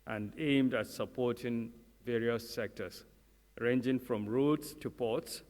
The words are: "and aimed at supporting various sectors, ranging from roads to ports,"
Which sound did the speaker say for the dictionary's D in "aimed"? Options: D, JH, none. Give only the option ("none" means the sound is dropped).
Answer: D